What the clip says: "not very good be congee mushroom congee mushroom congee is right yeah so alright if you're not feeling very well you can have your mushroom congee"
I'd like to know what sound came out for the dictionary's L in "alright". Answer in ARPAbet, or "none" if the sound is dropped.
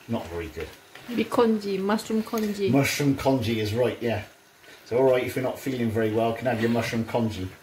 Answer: L